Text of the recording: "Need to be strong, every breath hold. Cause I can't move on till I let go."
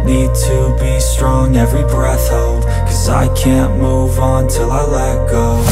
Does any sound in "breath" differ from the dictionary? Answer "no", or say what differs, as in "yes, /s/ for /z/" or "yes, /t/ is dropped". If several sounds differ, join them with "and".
no